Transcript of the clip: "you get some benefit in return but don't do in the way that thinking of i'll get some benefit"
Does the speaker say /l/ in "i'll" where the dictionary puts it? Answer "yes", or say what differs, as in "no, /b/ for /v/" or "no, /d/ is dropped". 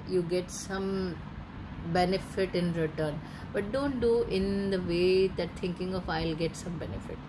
yes